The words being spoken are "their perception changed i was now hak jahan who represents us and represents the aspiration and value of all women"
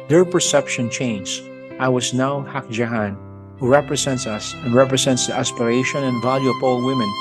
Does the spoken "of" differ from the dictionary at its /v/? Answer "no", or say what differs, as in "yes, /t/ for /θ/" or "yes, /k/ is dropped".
yes, /p/ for /v/